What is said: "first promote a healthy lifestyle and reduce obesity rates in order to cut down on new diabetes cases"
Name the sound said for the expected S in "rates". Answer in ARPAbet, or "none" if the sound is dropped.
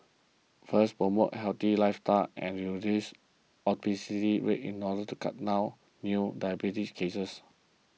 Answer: none